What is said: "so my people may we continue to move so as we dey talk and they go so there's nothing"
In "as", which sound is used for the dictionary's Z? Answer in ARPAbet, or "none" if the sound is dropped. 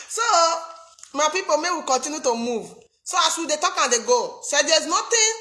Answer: S